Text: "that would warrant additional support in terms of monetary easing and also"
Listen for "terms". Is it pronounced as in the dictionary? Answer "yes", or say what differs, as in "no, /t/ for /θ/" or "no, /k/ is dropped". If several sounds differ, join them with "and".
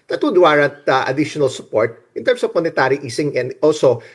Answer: no, /s/ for /z/